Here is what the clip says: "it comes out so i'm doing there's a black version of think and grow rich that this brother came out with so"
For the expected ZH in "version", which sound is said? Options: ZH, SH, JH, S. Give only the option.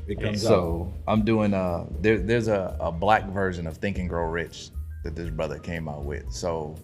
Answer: ZH